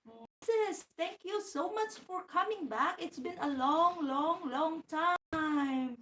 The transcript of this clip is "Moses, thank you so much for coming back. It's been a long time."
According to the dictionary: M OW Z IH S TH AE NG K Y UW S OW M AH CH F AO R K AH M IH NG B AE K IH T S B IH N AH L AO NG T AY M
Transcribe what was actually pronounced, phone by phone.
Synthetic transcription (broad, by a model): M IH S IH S T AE NG K Y UW S OW M AH CH F AO R K AH M IH NG B AE K IH T S B IH N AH L AO NG T AY M